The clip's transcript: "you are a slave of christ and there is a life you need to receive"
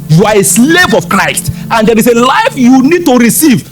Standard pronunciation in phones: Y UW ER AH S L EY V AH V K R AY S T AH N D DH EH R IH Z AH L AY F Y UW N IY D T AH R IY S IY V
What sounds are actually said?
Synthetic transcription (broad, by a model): Y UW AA AH S L EY V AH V K R AY S T AH N D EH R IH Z AH L AY F Y UW N IY D T AH R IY S IY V